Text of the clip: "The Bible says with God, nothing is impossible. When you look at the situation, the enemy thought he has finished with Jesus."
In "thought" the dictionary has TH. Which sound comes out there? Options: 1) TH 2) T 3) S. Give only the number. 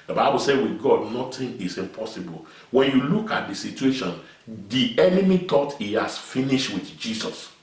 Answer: 2